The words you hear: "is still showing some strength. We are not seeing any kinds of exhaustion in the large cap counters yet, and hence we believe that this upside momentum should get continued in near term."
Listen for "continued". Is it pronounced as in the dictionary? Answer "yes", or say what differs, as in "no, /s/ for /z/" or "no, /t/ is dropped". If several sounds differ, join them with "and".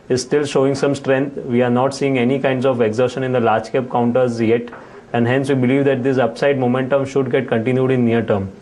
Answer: yes